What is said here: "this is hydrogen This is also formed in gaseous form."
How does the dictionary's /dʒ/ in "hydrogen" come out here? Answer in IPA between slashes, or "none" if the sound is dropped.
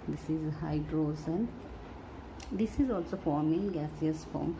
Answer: /z/